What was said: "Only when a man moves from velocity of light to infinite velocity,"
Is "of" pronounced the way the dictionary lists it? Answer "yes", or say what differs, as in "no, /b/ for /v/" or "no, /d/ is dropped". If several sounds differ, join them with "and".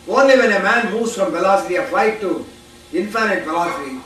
no, /p/ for /v/